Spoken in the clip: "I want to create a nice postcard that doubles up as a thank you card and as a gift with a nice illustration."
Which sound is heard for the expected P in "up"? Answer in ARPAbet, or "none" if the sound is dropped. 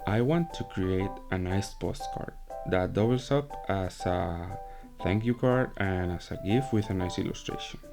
P